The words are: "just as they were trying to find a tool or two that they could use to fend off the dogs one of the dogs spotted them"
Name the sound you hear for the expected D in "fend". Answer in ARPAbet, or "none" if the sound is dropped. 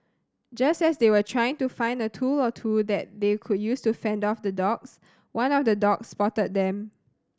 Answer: D